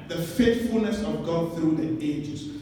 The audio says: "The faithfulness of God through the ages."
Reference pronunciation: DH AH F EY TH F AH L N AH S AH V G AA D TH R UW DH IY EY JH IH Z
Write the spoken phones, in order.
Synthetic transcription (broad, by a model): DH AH F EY T F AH L N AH S AH V G AA D TH R UW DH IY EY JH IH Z